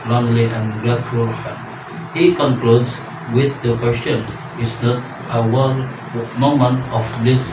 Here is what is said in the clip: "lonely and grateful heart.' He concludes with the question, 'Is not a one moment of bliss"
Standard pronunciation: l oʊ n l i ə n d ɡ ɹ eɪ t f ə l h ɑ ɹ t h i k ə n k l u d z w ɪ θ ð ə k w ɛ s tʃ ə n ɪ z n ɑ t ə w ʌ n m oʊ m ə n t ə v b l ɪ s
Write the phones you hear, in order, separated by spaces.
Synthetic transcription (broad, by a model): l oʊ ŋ l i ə n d ɡ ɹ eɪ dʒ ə l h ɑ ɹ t h i k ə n k l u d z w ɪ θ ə k w ɛ s tʃ ə n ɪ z n ɑ t ə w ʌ l m oʊ m ə n t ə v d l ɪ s